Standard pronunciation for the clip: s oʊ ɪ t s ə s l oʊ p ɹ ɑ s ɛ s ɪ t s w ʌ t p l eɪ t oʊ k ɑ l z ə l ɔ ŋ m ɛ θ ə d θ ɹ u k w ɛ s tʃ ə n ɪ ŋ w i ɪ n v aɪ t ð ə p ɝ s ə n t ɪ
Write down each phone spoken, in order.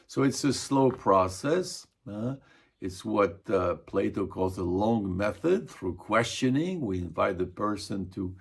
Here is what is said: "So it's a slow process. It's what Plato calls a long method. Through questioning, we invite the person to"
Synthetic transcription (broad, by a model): s oʊ ɪ t s ə s l oʊ p ɹ ɑ s ɛ s ɪ t s w ʌ t p l eɪ t oʊ k ɑ l z ə l ɔ ŋ m ɛ θ ə d θ ɹ u k w ɛ s tʃ ə n ɪ ŋ w i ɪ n v aɪ t ð ə p ɝ s ə n t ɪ